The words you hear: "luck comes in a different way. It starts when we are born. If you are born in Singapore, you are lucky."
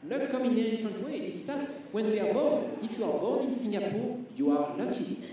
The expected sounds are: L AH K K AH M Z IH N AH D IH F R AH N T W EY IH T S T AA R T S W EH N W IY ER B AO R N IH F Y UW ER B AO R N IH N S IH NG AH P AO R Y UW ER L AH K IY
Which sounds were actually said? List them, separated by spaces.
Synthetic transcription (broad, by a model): L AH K K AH M IH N AH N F AH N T W EY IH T S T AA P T W EH N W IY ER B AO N IH F Y UW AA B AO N IH N S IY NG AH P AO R Y UW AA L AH K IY